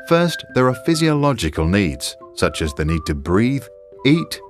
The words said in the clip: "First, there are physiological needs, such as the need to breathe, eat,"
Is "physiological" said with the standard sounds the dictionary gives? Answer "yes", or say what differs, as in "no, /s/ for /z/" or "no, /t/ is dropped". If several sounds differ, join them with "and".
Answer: yes